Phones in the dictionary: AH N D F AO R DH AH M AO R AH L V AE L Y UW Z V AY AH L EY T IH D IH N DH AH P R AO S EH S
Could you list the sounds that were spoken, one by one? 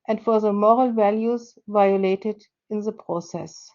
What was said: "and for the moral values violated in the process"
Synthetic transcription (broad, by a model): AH N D F AO R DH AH M AO R AH L V AE L Y UW Z V AY AH L EY T IH D IH N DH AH P R AO S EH S